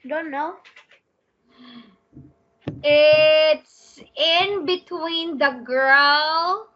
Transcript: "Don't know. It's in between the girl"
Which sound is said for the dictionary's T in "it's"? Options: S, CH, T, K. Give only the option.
T